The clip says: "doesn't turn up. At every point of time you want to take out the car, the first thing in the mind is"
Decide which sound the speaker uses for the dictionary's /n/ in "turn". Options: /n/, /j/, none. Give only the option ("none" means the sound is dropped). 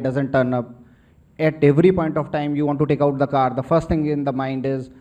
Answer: /n/